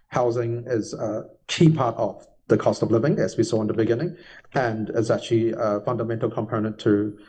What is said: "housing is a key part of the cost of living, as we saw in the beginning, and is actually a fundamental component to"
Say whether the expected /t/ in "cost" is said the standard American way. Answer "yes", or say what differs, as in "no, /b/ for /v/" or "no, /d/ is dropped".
yes